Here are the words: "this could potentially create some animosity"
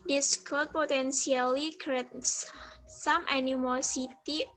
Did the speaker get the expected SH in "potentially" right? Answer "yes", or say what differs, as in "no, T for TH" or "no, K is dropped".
no, S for SH